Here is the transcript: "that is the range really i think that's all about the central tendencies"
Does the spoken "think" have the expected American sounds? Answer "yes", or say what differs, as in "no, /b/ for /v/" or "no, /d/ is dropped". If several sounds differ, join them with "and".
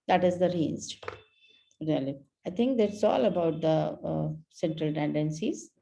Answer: no, /t/ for /θ/